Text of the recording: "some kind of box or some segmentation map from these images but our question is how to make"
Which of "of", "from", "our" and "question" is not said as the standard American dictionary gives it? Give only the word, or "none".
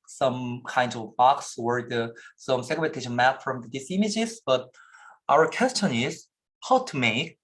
none